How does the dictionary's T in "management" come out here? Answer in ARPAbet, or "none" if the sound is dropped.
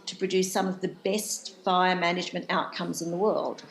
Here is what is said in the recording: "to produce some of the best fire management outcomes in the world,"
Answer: T